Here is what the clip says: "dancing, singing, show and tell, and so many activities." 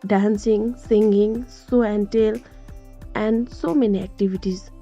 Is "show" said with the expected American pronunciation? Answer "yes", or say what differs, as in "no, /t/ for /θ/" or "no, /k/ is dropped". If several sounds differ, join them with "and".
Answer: no, /s/ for /ʃ/